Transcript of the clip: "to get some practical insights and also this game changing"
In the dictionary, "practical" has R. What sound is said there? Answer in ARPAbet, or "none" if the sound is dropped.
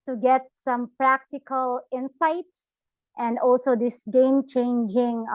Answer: R